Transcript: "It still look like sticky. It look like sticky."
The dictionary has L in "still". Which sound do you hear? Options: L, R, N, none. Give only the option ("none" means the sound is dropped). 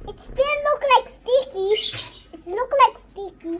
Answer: N